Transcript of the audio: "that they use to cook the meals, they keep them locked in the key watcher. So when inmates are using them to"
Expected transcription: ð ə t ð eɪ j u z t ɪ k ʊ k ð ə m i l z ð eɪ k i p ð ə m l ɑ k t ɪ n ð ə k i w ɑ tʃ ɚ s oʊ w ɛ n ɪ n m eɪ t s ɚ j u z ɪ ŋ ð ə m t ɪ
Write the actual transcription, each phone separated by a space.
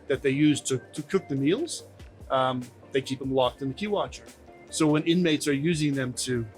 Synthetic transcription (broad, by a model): ð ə t ð eɪ j u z t ɪ k ʊ k ð ə m i l z ð eɪ k i p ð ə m l ɑ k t ɪ n ð ə k i w ɑ tʃ ɚ s oʊ w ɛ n ɪ n m eɪ t s ɚ j u z ɪ ŋ ð ə m t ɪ